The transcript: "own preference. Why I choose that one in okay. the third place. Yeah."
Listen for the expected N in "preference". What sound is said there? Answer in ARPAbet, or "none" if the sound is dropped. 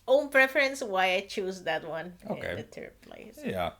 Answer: N